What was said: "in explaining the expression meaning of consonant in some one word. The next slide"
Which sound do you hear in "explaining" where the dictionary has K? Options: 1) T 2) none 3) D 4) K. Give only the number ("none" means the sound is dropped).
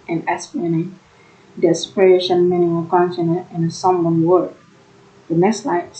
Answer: 2